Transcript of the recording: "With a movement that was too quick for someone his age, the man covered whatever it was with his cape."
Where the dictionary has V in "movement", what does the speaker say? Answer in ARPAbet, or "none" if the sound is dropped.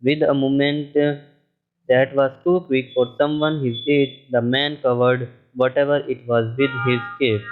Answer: none